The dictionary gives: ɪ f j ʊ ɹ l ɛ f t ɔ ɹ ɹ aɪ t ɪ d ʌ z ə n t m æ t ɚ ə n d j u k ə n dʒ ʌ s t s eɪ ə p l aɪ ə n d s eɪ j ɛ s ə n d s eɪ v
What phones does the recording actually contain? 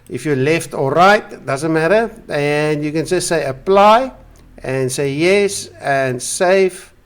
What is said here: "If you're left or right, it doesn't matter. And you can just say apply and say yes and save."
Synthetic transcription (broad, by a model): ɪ f j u l ɛ f t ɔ l ɹ aɪ t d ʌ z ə n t m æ t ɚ ə n d j u k ə n dʒ ʌ s t s eɪ ə p l aɪ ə n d s eɪ j ɛ s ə n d s eɪ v